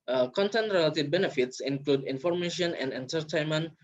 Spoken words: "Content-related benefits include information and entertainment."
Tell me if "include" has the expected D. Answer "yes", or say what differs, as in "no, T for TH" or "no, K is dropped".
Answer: yes